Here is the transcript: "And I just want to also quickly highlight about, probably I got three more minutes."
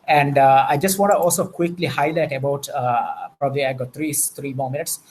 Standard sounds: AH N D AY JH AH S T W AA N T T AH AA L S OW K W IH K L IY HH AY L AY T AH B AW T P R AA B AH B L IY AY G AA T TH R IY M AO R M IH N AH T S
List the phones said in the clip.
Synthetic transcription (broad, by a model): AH N D AY JH AH S T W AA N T T AH AA L S OW K W IH K L IY HH AY L AY T AH B AW T P R AA B AH B L IY AY G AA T T R IY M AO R M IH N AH T S